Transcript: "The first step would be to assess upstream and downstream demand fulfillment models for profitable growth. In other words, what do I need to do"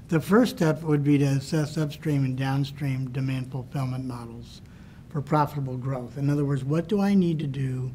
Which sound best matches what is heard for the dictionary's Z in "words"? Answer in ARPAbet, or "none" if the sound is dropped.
Z